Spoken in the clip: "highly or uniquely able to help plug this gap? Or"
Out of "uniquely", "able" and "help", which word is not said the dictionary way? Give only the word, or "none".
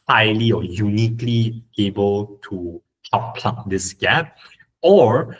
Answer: help